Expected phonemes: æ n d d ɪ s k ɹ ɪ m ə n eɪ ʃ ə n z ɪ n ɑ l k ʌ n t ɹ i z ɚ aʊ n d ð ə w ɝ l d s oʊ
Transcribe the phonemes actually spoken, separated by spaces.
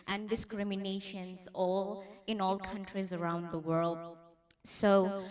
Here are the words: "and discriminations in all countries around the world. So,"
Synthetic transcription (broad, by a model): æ n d d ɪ s k ɹ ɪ m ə n eɪ ʃ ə n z ɪ n ɑ l k ʌ n t ɹ i z ɚ aʊ n d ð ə w ɝ l d s oʊ